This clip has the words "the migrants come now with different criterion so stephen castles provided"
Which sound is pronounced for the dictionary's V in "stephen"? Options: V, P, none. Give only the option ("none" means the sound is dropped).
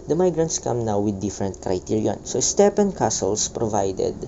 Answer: P